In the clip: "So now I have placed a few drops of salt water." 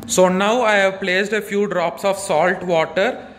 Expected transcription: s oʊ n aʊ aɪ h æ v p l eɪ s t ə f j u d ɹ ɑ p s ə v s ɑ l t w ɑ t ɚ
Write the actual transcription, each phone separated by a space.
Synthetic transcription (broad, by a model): s oʊ n aʊ aɪ h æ v p l eɪ s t ə f j u d ɹ ɑ p s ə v s ɑ l t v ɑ t ɚ